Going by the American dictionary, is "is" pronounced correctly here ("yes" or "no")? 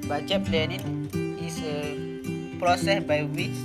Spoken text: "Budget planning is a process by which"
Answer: no